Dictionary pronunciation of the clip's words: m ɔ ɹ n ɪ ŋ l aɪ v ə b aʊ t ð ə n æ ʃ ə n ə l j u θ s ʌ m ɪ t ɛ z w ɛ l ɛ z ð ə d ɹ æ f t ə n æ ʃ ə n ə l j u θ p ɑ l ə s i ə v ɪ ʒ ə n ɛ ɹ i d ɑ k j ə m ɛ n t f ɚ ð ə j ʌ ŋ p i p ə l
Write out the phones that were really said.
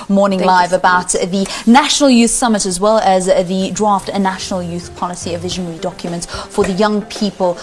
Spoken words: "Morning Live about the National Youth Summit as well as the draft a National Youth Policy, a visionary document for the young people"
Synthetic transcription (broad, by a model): m ɔ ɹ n ɪ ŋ l aɪ v ə b aʊ t ð ə n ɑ ʃ ə n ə l j u θ s ʌ m ɪ t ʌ z w ɛ l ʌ z ð ə d ɹ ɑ f t ə n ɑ ʃ ə n ə l j u θ p ɑ l ə s i ə v ɪ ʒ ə n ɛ ɹ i d ɑ k j ə m ɛ n t f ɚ ð ə j ʌ ŋ p i p ə l